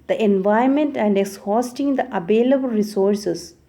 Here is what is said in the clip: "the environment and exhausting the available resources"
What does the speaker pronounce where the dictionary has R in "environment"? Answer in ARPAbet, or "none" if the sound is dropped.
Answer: none